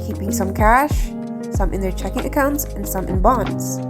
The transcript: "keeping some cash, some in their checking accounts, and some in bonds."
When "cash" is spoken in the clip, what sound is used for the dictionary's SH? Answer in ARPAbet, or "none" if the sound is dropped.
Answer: SH